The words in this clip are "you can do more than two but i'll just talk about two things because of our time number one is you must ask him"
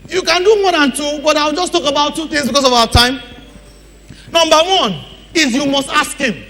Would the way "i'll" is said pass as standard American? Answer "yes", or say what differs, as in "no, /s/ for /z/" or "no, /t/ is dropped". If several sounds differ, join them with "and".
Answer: no, /w/ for /l/